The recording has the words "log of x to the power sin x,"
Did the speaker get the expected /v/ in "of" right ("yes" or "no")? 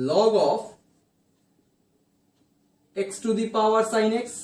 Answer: no